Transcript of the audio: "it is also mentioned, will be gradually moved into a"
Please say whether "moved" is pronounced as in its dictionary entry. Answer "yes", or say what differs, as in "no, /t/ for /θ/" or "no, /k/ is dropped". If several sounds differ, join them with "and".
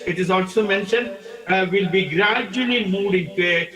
no, /v/ is dropped